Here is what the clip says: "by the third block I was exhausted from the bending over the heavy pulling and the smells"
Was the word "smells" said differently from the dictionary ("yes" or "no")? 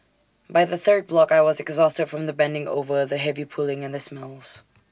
no